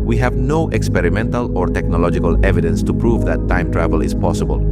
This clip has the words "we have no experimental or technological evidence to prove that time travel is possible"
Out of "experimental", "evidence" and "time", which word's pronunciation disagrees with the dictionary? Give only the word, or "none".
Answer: none